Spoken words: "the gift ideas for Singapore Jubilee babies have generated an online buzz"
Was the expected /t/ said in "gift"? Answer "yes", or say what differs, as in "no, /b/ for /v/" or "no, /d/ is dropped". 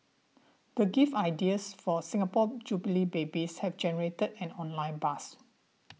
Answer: no, /t/ is dropped